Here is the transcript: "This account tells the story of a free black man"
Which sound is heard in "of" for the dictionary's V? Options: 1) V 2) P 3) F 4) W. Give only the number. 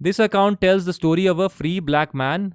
1